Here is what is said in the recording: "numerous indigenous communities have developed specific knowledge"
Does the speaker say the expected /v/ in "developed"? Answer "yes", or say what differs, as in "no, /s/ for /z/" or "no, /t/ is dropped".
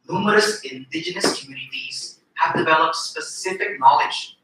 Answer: yes